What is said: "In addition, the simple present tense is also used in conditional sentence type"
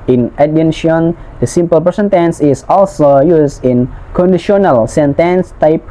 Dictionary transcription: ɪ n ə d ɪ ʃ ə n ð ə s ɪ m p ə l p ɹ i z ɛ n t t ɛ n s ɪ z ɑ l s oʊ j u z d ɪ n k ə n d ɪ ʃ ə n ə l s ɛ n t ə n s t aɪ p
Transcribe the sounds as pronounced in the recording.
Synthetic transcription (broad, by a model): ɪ n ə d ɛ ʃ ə n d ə s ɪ m p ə l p i s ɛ n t t ɛ n s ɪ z ɑ l s oʊ j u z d ɪ n k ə n d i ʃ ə n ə l s ɛ n t ə n s t aɪ p